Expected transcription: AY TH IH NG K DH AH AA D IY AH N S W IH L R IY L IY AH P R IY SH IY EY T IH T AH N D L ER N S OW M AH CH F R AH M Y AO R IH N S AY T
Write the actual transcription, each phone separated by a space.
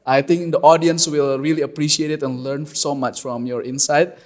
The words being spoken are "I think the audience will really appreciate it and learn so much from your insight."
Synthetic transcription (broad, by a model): AY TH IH NG K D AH AA D IY AH N S W IH L R IY L IY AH P R IY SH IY EY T IH T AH N L ER N S OW M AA CH F R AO M Y AO R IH N S AY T